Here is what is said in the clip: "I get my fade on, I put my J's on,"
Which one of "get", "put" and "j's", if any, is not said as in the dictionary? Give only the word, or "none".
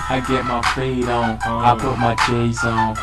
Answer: j's